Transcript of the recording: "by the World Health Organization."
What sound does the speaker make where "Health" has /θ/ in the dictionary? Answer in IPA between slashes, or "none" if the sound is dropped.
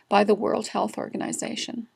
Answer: /θ/